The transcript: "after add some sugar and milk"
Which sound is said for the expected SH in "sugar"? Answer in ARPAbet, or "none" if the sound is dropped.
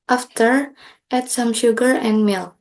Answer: SH